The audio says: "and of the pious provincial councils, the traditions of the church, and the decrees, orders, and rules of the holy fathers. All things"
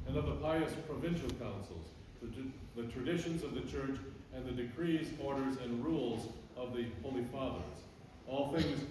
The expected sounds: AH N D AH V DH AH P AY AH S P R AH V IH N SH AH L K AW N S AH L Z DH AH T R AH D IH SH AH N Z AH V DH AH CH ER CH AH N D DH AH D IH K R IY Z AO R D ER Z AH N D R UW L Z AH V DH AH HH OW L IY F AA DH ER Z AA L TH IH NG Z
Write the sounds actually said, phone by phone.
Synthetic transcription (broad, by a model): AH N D AH V DH AH P AY AH S P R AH V IH N SH L K AW N S L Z DH AH T R AH D IH SH AH N Z AH V DH AH CH ER CH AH N DH AH D IH K R IY Z AO R D ER Z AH N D R UW L Z AH V DH AH HH OW L IY F AA DH ER Z AA L TH IH NG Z